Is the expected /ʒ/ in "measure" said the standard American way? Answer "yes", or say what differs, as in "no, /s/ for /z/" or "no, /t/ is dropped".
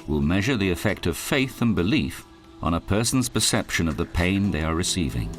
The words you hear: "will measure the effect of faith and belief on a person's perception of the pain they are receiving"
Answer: yes